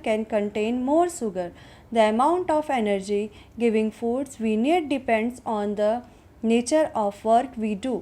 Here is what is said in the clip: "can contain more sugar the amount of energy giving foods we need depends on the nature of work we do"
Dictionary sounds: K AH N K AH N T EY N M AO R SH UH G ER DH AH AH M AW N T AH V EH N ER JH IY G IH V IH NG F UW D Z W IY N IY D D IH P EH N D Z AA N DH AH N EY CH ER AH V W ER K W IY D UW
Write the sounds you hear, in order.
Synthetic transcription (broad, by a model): K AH N K AH N T EY N M AO R S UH G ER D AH AH M AW N T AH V EH N ER JH IY G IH V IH NG F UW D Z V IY N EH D D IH P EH N D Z AA N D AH N EY CH ER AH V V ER K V IY D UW